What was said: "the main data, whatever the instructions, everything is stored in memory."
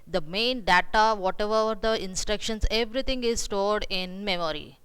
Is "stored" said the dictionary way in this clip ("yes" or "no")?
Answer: yes